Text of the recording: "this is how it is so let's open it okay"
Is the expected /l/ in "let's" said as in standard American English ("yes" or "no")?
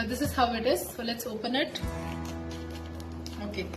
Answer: yes